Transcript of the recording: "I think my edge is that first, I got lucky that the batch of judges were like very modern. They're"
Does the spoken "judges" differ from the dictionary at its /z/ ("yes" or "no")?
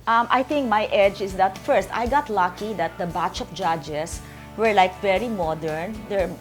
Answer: yes